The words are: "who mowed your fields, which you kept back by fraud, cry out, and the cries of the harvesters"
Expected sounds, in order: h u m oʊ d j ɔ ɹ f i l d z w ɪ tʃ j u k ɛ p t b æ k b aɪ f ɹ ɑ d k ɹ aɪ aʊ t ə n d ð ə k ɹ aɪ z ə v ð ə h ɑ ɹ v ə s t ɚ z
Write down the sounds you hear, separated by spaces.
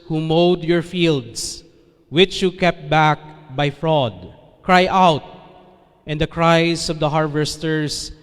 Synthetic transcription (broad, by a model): h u m oʊ d j ɔ ɹ f i l d s w ɪ tʃ j u k ɛ p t b æ k b aɪ f ɹ ɑ d k ɹ aɪ aʊ t ə n d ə k ɹ aɪ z ə v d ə h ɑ ɹ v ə s t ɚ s